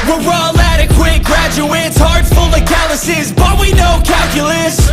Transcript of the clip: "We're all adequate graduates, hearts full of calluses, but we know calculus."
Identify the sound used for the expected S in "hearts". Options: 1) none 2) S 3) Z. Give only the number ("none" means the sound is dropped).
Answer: 1